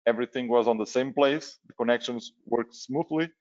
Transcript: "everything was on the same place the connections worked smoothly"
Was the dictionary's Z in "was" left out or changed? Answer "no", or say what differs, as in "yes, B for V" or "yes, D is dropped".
no